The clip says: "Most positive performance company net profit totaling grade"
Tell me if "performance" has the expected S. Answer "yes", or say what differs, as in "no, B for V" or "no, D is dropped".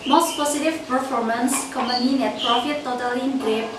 yes